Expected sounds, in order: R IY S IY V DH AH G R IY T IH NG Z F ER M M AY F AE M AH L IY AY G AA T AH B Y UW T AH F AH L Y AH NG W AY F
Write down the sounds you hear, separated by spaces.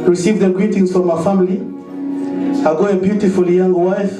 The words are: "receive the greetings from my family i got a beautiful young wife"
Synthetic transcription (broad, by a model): R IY S IY V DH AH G R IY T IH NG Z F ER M M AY F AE M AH L IY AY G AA AH B Y UW T AH F AH L Y AH NG W AY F